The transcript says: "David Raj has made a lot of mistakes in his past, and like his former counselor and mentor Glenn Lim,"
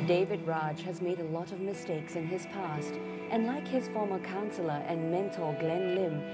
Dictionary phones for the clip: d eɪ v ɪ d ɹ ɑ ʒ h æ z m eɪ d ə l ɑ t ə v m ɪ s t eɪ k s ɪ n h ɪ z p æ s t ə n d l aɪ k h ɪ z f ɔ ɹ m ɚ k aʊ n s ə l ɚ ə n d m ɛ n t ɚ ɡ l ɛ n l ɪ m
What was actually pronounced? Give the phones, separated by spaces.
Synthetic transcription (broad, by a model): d eɪ v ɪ d ɹ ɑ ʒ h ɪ z m eɪ d ə l ɑ t ə v m ɪ s t eɪ k s ɪ n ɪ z p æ s t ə n l aɪ k h ɪ z f ɔ ɹ m ɚ k aʊ n s l ɚ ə n m ɛ n t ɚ ɡ l ɛ n l ɪ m